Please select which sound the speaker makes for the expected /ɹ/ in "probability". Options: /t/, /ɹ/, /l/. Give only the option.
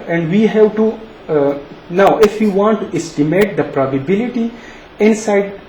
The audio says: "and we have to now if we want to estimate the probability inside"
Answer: /ɹ/